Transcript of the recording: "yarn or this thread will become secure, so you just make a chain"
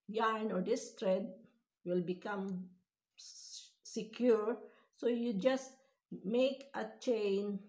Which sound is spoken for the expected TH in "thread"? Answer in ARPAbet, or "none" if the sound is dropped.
T